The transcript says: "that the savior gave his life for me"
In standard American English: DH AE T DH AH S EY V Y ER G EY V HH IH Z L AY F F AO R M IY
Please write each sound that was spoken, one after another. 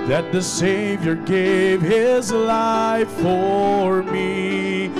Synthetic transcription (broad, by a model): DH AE T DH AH S EY V Y ER G EY V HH IH Z L AY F F AO R M IY